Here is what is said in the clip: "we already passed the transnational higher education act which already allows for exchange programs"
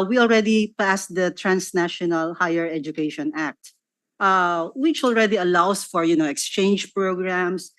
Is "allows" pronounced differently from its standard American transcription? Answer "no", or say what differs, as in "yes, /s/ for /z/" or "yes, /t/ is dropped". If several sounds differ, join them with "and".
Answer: yes, /s/ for /z/